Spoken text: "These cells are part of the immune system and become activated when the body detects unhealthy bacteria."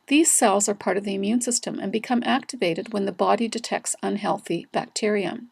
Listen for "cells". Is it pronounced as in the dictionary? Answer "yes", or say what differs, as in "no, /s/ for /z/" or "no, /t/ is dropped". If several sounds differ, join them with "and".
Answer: yes